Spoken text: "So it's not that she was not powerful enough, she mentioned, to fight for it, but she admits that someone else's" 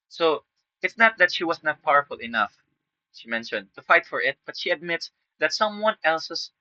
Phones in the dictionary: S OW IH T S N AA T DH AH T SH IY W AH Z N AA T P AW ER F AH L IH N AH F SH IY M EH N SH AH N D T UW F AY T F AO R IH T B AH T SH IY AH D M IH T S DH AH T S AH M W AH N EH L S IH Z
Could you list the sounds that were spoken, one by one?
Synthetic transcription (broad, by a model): S OW IH T S N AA T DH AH T SH IY W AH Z N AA T P AW ER F AH L IH N AH F SH IY M EH N SH AH N D T UW F AY T F AO R IH T B AH T SH IY AH D M IH T S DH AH T S AH M W AH N EH L S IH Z